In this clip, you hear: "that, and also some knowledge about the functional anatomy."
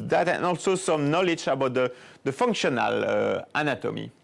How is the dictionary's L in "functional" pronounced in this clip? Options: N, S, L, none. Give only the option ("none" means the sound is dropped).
L